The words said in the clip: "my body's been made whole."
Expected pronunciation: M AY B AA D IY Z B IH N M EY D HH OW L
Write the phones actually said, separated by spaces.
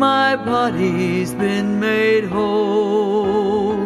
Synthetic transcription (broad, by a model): M AY B AA D IY Z B IH N M EY D HH OW L